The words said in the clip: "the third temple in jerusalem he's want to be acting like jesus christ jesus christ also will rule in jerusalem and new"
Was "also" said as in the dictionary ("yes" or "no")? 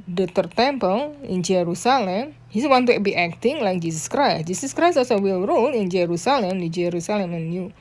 no